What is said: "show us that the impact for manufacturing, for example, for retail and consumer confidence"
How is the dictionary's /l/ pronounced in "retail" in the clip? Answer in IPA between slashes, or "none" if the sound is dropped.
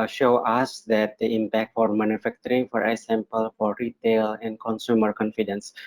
/l/